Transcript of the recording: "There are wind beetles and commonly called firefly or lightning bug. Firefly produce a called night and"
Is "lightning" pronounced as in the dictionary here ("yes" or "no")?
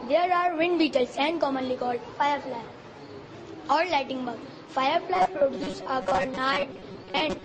no